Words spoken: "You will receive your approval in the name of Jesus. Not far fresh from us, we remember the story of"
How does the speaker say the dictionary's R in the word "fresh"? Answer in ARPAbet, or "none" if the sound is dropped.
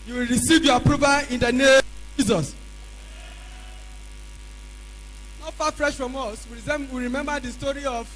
R